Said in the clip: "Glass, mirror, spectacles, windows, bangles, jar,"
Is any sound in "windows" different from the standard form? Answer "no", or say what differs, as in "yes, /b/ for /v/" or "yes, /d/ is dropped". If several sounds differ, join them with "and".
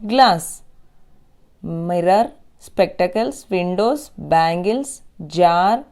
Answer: yes, /s/ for /z/